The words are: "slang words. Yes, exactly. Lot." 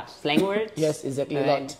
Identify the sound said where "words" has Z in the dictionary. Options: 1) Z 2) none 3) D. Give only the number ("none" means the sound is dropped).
2